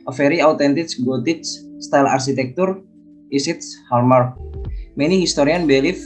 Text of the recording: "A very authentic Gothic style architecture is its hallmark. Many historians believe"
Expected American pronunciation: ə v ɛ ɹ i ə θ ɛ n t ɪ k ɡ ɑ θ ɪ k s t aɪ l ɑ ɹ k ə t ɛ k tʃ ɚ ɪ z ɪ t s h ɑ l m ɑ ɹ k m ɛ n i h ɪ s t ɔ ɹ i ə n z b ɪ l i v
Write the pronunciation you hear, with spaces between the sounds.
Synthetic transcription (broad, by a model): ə f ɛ ɹ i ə t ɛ n t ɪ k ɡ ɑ t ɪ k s t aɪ l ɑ ɹ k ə t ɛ k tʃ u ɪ s ɪ t s h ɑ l m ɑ ɹ m ɛ n i h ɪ s t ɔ ɹ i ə n b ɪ l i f